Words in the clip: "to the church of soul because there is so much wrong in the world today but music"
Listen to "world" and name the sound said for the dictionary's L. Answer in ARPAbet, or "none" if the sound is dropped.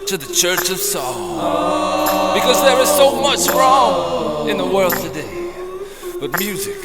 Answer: L